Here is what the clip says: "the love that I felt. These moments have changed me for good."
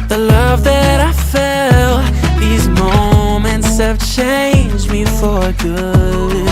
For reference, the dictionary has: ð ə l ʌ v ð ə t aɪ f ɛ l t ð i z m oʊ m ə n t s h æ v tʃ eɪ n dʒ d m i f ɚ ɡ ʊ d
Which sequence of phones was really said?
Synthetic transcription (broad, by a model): ð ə l ʌ v ð ə t aɪ f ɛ l ð i z m oʊ m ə n t s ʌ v tʃ eɪ n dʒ m i f ɚ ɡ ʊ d